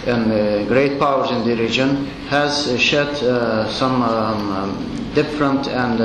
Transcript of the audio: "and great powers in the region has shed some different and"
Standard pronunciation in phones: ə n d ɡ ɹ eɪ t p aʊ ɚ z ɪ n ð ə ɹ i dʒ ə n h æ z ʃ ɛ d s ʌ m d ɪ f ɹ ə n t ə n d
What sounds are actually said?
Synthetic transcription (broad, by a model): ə n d ɡ ɹ eɪ t p aʊ ɚ z ɪ n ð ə ɹ i dʒ ə n h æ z ʃ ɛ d s ʌ m d ɪ f ɹ ə n t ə n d